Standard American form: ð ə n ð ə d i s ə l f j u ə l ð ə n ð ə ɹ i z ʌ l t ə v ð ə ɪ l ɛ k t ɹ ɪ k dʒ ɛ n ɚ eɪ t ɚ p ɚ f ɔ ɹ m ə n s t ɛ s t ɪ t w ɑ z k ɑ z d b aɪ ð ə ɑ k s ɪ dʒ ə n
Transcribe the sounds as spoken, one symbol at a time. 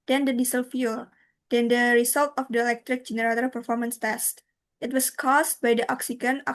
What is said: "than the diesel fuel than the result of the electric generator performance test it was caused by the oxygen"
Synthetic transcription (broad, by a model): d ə n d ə d i s ə l f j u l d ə n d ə ɹ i s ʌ l t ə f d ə ɪ l ɛ k t ɹ ɪ k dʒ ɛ n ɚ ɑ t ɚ p ɚ f ɔ ɹ m ə n s t ɛ s t ɪ t w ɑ s k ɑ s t b aɪ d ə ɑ k s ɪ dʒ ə n